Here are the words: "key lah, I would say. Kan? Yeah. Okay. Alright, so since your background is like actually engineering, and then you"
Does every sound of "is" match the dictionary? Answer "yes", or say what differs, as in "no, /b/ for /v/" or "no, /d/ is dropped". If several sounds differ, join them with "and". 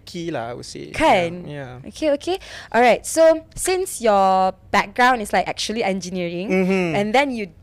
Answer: no, /s/ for /z/